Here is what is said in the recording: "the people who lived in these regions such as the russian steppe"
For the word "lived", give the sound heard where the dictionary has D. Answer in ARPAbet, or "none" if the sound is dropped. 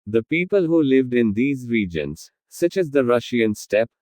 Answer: D